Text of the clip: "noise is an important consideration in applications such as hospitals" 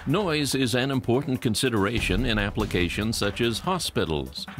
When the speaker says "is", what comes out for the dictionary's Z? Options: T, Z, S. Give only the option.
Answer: Z